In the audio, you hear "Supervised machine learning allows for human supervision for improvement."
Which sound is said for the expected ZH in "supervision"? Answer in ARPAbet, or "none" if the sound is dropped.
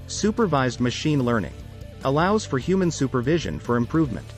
ZH